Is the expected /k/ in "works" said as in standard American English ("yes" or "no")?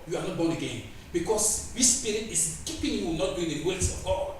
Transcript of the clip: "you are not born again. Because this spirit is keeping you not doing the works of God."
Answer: no